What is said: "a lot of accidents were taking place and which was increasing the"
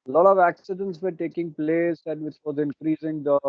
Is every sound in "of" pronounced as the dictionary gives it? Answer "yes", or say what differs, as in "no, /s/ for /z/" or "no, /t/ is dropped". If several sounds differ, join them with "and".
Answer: yes